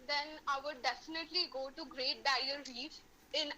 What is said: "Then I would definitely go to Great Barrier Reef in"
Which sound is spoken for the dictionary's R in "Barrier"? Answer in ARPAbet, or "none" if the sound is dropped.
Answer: none